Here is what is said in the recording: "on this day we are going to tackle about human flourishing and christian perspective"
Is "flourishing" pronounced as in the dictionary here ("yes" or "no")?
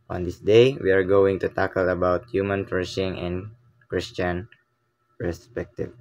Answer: no